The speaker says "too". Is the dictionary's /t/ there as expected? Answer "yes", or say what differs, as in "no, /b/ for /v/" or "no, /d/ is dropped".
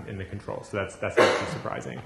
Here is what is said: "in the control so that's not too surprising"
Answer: no, /s/ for /t/